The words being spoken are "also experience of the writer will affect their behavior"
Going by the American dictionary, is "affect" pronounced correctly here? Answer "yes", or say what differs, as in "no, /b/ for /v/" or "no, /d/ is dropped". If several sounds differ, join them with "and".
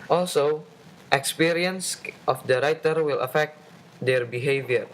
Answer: yes